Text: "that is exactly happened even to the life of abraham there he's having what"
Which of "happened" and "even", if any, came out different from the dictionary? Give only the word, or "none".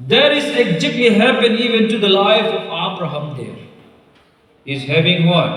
happened